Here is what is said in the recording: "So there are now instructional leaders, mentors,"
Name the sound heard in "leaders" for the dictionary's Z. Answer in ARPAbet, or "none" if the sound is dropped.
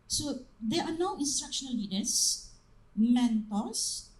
S